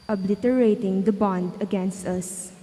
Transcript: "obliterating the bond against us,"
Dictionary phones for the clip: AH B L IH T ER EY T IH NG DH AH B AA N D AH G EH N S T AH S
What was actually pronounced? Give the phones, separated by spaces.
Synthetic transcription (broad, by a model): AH B L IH T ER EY T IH NG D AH B AA N D AH G EH N S T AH S